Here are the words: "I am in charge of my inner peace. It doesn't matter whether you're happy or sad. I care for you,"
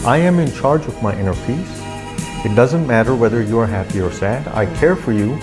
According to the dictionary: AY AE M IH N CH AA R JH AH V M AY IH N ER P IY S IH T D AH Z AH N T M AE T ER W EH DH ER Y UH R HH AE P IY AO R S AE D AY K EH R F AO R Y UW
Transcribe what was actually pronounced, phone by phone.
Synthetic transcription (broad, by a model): AY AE M IH N CH AA R JH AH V M AY IH N ER F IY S IH T D AH Z AH N T M AE T ER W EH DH ER Y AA R HH AE P IY AO R S AE D AY K EH R F AO R Y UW